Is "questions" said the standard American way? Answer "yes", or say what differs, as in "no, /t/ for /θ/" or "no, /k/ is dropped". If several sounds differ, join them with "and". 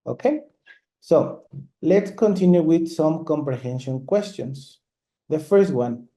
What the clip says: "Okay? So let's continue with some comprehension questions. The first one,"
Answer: no, /s/ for /z/